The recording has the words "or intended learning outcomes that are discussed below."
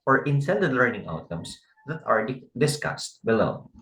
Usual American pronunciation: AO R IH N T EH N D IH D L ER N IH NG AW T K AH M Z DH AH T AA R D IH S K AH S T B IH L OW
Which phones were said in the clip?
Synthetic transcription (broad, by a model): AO R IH N S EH N D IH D L ER N IH NG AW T AH M S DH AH T AA R D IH S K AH S T B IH L OW